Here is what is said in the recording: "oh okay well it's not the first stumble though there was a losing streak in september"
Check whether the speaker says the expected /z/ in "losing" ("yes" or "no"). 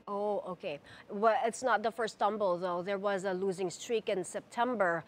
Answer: yes